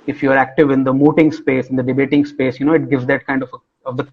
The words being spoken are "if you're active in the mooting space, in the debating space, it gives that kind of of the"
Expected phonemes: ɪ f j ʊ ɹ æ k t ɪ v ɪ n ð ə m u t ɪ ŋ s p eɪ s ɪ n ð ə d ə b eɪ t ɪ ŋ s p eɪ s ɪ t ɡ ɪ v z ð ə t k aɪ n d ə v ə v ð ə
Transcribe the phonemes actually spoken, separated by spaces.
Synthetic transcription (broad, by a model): ɪ f j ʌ ɹ æ k t ɪ v ɪ n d ə m u t ɪ ŋ s p eɪ s ɪ n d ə d ə b eɪ t ɪ ŋ s p eɪ s ɪ t ɡ ɪ v z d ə t k aɪ n d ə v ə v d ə